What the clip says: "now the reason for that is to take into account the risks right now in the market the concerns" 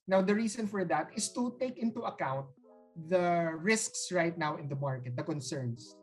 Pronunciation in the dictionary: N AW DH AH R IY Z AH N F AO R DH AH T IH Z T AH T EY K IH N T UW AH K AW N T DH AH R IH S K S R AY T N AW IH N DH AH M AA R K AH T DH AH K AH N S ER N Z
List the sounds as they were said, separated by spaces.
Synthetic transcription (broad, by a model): N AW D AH R IY S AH N F AO R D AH T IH S T AH T EY K IH N T UW AH K AW N T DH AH R IH S K S R AY T N AW IH N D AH M AA R K AH T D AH K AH N S ER N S